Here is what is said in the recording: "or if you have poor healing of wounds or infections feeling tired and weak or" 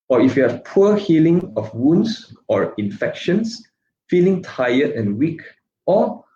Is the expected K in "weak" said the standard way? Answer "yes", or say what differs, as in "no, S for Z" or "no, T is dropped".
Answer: yes